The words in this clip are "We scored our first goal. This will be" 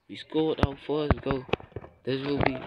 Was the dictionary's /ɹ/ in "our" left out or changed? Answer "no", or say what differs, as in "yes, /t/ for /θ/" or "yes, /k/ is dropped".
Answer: yes, /w/ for /ɹ/